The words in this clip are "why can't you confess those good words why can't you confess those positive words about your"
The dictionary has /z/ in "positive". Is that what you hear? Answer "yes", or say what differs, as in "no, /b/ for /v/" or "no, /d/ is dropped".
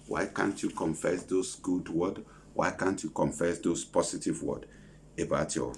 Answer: no, /s/ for /z/